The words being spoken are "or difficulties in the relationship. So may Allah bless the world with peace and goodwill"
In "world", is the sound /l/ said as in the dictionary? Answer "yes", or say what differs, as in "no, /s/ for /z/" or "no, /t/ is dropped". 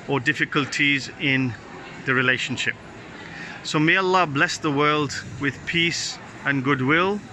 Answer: yes